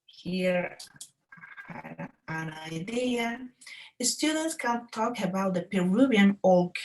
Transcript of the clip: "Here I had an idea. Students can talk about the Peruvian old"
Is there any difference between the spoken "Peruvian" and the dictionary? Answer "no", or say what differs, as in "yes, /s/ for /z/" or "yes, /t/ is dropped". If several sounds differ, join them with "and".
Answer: yes, /b/ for /v/